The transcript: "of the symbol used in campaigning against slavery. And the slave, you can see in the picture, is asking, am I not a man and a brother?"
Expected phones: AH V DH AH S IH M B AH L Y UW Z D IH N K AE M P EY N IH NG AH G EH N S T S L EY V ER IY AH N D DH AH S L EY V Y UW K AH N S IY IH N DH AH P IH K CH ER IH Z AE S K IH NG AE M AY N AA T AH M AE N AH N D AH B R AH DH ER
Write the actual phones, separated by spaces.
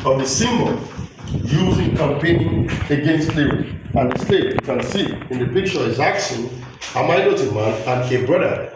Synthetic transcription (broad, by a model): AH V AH S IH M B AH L Y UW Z IH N K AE M P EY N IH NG AH G EH N S T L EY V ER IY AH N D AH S L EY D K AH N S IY IH N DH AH P IH K CH ER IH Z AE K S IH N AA M AY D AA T AH M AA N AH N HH AH B R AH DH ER